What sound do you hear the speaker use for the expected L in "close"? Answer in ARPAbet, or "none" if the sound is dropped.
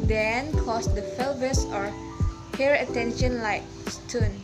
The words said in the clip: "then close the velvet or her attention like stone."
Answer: none